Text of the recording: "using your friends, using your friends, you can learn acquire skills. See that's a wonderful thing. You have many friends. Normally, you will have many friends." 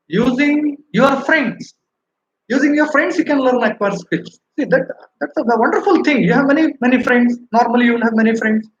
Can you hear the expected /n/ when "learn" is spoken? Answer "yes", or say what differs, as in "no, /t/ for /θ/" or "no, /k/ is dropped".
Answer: yes